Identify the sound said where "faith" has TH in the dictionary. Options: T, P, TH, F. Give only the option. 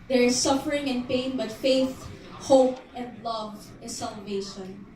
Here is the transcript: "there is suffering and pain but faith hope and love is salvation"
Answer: TH